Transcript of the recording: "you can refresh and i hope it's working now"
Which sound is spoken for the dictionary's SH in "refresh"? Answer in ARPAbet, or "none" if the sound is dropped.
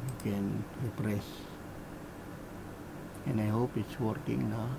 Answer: S